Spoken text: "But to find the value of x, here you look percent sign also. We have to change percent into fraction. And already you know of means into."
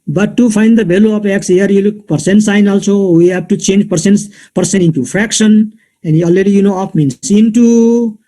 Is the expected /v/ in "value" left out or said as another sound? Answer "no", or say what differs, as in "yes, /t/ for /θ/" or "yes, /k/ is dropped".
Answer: yes, /b/ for /v/